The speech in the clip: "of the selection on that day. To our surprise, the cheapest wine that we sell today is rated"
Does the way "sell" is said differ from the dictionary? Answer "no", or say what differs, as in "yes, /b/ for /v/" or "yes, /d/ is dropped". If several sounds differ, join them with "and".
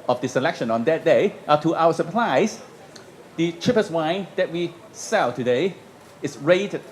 no